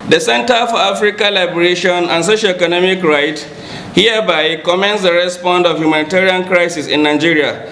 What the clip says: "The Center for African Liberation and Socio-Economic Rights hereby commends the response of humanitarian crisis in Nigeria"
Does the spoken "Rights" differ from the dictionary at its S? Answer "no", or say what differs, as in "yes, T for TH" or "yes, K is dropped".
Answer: yes, S is dropped